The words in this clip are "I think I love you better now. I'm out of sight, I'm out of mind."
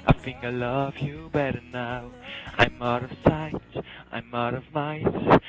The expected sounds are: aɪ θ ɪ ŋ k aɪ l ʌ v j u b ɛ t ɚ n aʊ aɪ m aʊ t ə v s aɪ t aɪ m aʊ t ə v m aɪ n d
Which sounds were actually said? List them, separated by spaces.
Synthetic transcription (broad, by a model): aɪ f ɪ ŋ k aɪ l ʌ v j u b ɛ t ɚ n aʊ aɪ m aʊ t ə v s aɪ t aɪ m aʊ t ə v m aɪ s